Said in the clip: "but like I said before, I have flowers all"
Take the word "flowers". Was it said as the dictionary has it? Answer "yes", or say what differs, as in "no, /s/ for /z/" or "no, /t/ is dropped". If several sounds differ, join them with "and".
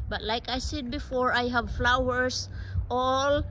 no, /s/ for /z/